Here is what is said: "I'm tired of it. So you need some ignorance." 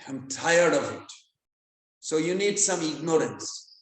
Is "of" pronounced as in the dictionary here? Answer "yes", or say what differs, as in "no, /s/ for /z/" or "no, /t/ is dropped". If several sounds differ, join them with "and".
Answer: yes